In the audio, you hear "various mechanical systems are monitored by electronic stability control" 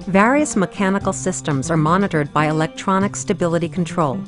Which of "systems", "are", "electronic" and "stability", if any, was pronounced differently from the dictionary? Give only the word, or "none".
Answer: none